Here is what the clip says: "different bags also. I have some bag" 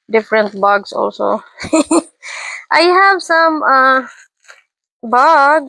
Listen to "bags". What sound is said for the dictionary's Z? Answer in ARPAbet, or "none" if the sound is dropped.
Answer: S